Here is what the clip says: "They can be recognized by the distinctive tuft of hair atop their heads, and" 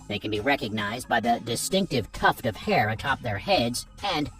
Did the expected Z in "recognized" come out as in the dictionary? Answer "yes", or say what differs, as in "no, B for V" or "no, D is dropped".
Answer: yes